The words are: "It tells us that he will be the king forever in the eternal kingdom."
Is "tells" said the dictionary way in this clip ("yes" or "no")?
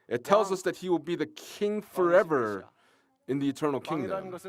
yes